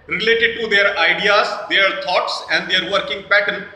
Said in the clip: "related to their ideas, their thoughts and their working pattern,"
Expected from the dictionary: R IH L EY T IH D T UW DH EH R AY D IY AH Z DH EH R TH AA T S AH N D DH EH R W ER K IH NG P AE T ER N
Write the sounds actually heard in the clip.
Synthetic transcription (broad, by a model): R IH L EY T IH D T UW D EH R AY D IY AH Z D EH R T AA T S AH N D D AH R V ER K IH NG P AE T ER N